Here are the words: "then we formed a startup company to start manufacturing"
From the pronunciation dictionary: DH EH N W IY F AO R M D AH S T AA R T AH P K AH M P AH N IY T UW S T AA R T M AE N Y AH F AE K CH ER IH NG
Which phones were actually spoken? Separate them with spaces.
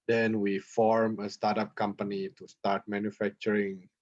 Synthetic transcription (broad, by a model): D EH N W IY F AO R M AH S T AA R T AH P K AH M P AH N IY T UW S T AA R T M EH N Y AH F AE K CH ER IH NG